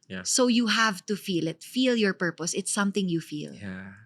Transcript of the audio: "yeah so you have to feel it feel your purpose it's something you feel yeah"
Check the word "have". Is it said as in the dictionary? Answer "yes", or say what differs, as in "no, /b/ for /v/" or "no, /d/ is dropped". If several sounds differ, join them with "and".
yes